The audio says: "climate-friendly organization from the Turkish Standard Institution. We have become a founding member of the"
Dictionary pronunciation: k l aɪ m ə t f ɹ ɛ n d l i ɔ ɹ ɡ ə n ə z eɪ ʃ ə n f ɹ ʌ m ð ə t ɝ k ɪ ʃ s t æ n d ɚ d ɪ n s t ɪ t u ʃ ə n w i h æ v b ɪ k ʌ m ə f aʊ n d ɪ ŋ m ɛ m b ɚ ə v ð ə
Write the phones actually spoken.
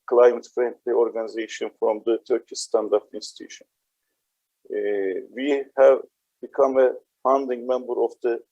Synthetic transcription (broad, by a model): k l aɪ m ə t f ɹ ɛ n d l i ɔ ɹ ɡ ə n ə z eɪ ʃ ə n f ɹ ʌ m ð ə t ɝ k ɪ s t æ n d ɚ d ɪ n s t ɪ t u ʃ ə n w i h æ v b ɪ k ʌ m ə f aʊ n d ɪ ŋ m ɛ m b ɚ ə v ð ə